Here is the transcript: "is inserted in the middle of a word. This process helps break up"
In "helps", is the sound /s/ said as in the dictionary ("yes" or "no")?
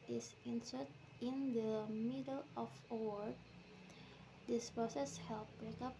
no